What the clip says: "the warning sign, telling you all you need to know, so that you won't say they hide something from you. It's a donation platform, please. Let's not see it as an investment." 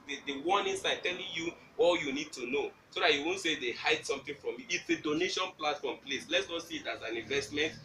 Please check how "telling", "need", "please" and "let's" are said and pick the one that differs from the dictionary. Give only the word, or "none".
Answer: please